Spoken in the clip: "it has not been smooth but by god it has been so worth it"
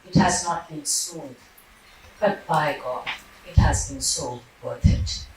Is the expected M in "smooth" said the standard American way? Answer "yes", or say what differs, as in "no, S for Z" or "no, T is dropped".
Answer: no, M is dropped